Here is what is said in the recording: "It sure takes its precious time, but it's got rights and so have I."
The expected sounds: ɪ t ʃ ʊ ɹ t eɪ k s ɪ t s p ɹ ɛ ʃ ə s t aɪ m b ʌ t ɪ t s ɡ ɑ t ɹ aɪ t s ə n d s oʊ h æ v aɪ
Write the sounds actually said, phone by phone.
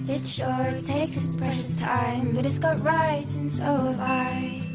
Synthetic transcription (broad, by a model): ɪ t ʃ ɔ ɹ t eɪ ɪ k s p ɹ ɛ ʃ ə s t aɪ m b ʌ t ɪ t s ɡ ɑ t ɹ aɪ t ə n s oʊ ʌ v aɪ